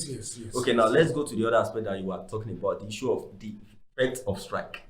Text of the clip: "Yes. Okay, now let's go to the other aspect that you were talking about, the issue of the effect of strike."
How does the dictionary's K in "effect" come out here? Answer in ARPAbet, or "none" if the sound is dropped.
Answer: none